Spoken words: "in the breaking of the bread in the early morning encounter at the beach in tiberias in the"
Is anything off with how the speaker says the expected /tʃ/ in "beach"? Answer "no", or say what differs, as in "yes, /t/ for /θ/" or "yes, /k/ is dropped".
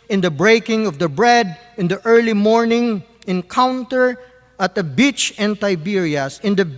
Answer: no